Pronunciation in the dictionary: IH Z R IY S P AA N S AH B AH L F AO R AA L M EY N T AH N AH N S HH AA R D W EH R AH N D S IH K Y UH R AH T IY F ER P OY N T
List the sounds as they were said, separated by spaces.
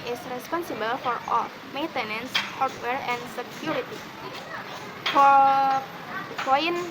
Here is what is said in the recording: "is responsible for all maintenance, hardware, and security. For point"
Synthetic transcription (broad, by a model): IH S R IY S P AA N S AH B AH L F AO R AA L M EY N T AH N AH N S HH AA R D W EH R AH N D S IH K Y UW R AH T IY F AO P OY N